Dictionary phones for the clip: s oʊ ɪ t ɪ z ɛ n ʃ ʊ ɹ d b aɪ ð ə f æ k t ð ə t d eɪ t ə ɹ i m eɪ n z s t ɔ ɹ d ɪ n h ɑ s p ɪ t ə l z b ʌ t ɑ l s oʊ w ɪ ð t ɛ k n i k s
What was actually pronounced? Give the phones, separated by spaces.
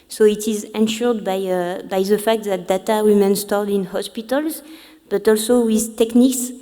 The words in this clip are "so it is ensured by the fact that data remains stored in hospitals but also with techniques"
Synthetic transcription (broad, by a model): s oʊ ɪ t ɪ z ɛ n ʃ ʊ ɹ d b aɪ ð ə f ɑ k t ð ə t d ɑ t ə w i m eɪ n s t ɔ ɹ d ɪ n h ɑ s p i t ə l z b ʌ t ɑ l s oʊ w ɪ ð t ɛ k n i k s